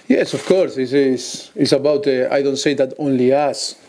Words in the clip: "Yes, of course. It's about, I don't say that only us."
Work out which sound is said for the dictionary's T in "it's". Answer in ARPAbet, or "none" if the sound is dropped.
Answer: S